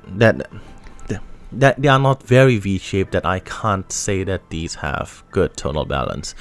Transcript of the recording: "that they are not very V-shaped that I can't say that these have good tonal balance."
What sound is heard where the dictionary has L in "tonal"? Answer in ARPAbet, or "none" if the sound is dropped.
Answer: L